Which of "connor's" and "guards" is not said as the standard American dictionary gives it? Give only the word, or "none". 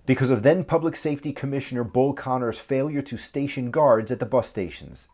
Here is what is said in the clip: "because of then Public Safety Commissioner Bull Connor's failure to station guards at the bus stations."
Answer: none